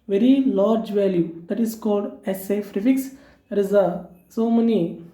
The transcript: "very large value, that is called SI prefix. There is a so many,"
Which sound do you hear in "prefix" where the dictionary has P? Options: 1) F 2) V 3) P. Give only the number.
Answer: 1